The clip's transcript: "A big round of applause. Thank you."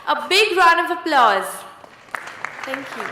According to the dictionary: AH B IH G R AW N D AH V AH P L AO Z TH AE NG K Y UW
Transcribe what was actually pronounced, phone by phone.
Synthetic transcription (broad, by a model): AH B IH G R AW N AH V AH P L AO Z T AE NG K Y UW